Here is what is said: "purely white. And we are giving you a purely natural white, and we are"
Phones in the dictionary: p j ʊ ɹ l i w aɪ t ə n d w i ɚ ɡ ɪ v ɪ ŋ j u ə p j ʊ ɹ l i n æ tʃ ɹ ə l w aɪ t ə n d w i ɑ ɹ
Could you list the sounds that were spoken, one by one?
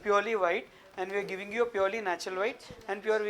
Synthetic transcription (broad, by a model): p j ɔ ɹ l i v aɪ t ə n d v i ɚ ɡ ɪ v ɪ ŋ j u ə p j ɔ ɹ l i n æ tʃ ə l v aɪ t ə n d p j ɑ ɹ